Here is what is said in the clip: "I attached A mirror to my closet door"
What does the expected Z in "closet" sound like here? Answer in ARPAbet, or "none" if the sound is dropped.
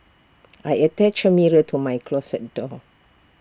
S